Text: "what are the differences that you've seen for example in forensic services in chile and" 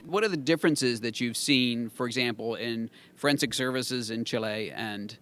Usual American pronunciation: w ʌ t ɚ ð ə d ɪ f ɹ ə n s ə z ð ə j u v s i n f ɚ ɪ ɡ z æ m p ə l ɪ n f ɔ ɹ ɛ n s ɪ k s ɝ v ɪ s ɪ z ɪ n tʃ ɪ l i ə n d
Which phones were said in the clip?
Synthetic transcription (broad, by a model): w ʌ t ɚ ð ə d ɪ f ɹ ə n s ə z ð ə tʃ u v s i n f ɚ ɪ ɡ z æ m p l ɪ n f ɹ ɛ n s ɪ k s ɝ v ɪ s ɪ z ɪ n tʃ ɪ l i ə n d